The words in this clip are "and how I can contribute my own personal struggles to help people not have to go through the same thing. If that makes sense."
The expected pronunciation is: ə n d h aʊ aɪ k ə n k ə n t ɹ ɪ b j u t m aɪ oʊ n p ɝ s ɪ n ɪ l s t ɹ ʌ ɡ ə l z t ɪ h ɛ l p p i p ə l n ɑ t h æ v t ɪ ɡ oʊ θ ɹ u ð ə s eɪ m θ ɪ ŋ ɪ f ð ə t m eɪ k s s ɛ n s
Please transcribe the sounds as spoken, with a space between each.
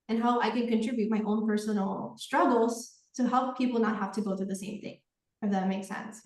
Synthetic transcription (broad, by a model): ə n h aʊ aɪ k ə n k ə n t ɹ ɪ b j u t m aɪ oʊ n p ɝ s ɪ n l s t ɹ ʌ ɡ l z t ɪ h ɛ l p p i p l n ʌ t h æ f t ɪ ɡ oʊ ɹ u ð ə s eɪ m θ ɪ ŋ ɪ f ð ə t m eɪ k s s ɛ n s